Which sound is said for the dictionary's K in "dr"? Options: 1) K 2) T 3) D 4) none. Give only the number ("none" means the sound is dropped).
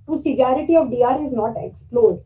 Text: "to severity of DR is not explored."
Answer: 4